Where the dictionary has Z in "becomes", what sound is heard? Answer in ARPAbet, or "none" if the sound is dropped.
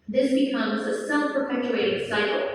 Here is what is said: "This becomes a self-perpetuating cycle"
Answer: Z